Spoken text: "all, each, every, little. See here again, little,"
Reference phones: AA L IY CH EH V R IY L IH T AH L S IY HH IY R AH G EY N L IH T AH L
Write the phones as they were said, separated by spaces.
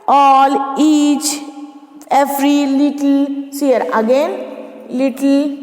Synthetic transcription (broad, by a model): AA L IY CH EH F R IY L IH T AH L S IY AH R AH G EY N L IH T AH L